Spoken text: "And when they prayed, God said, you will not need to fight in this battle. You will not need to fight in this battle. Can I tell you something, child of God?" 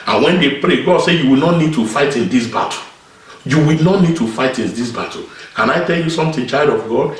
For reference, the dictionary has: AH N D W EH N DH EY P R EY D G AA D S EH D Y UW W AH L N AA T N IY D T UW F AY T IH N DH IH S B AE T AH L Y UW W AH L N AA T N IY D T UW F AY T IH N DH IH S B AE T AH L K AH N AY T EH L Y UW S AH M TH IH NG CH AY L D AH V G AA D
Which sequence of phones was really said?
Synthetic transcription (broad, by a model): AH N W EH N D EY P R EY G AA D S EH Y UW W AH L N AA T N IY D T UW F AY T IH N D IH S B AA T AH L Y UW W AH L N AA T N IY D T UW F AY T IH N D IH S B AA T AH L K AH N AY T EH L Y UW S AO M T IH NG CH AY L D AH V G AA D